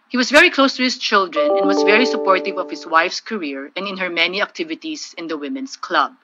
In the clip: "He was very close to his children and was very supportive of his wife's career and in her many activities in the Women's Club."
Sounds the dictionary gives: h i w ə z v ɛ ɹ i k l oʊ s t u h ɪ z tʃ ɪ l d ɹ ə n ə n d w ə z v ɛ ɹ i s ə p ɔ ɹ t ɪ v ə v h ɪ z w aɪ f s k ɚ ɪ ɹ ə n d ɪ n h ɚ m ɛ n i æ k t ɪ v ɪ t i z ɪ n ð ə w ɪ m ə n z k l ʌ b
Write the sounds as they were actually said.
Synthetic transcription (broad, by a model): h i w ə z v ɛ ɹ i k l oʊ s t u h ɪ s tʃ ɪ l d ɹ ə n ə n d w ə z v ɛ ɹ i s ə p ɔ ɹ t ɪ v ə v h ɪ s w aɪ f s k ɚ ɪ ɹ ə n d ɪ n h ɚ m ɛ n i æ k t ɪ v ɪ t i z ɪ n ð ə w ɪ m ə n s k l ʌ b